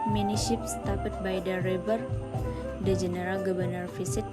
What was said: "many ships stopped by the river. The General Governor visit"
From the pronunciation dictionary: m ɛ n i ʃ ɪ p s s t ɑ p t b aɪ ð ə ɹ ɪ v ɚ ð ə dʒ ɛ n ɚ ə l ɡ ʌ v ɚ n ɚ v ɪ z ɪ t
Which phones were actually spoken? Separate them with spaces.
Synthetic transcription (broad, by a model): m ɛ n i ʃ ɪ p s s t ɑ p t b aɪ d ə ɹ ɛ b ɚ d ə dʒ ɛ n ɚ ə l ɡ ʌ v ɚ n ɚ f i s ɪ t